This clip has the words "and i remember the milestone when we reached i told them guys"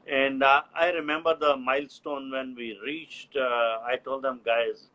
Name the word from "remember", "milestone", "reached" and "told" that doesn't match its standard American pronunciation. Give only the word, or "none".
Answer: none